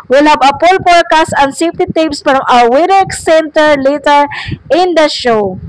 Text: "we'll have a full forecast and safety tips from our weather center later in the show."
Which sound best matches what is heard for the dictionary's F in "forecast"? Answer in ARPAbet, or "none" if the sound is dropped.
P